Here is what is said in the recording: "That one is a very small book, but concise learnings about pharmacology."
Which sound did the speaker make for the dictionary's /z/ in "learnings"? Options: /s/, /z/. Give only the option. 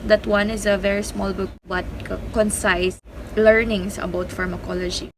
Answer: /s/